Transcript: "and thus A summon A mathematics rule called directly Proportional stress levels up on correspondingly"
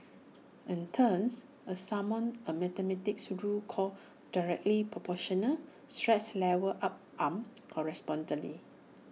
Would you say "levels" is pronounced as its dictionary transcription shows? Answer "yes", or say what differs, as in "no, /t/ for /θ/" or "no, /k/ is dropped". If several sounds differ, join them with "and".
no, /w/ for /v/